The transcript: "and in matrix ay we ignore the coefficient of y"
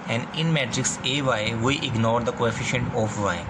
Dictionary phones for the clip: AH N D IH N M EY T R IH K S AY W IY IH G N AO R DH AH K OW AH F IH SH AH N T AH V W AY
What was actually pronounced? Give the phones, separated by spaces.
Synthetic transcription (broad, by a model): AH N D IH N M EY T R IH K S AY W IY IH G N AO R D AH K OW AH F IH SH AH N T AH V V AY